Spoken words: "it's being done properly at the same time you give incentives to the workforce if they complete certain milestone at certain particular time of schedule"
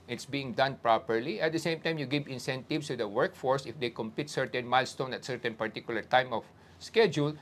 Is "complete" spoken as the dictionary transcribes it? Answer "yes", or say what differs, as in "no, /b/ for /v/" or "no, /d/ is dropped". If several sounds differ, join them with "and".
no, /l/ is dropped